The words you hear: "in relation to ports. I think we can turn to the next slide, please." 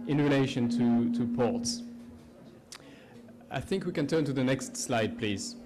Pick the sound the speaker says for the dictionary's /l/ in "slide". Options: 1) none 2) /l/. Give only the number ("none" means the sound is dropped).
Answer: 2